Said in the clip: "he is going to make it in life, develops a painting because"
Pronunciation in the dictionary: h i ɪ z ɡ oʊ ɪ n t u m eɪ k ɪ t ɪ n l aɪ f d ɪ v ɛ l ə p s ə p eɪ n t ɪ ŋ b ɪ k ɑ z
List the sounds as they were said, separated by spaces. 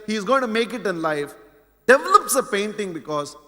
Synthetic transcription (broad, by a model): h i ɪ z ɡ oʊ ɪ n t u m eɪ k ɪ t ɪ n l aɪ f d ɪ v ɛ l ə p s ə p eɪ n t ɪ ŋ b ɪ k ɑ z